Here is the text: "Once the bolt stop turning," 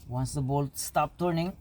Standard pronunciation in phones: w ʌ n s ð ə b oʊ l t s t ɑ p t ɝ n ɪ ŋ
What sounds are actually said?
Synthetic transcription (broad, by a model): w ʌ n s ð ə b oʊ l t s t ɑ p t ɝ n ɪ ŋ